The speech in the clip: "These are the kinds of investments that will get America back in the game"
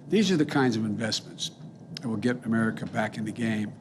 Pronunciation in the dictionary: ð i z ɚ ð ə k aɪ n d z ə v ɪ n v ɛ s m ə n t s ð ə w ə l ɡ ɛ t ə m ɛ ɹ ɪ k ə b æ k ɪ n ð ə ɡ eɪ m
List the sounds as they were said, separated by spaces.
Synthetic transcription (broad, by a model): ð i z ɚ ð ə k aɪ n d z ə v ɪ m v ɛ s m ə n t s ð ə w ə l ɡ ɛ t ə m ɛ ɹ ɪ k ə b æ k ɪ n ð ə ɡ eɪ m